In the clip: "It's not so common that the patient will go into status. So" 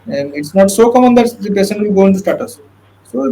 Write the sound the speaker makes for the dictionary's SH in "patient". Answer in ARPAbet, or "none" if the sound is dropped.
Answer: S